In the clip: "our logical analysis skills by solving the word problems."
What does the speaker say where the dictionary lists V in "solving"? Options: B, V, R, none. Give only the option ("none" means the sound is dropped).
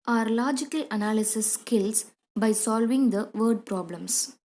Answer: V